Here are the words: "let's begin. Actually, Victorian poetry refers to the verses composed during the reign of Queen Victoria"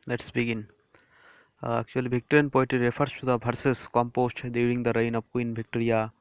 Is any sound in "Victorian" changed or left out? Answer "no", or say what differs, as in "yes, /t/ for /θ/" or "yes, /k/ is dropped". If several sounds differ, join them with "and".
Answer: yes, /b/ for /v/